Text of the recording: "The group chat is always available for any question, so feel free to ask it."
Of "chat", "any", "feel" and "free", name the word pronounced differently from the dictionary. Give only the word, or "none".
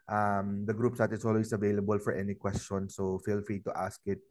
chat